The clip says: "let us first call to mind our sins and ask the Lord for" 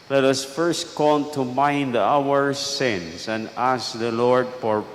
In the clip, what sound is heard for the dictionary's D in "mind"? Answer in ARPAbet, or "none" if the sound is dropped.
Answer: D